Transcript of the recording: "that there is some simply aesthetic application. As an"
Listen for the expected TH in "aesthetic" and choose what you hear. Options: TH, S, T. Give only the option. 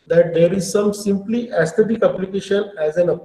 T